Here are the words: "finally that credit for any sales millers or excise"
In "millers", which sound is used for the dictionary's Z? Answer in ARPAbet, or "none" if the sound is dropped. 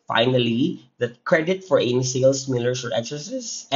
S